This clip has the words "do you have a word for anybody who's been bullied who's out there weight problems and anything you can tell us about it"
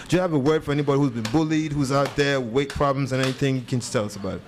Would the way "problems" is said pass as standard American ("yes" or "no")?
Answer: yes